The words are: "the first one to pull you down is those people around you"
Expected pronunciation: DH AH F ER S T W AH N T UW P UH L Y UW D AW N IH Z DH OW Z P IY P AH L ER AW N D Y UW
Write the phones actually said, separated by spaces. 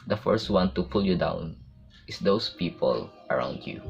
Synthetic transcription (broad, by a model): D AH F ER S T W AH N T UW P UH L Y UW D AW N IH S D OW S P IY P AH L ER AW N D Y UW